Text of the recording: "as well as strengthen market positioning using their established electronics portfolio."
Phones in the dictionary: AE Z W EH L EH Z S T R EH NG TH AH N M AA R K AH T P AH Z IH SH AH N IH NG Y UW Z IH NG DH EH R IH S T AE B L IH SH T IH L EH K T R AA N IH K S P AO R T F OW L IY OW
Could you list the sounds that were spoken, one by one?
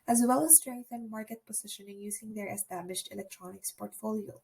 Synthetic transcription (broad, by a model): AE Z W EH L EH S T R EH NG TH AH N M AA R K AH T P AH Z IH SH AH N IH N Y UW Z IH NG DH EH R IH S T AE B L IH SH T IH L EH K T R AA N IH K S P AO R T F OW L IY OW